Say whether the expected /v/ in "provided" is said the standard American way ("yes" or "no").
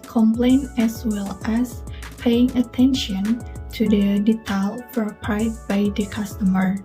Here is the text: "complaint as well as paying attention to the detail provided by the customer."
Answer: no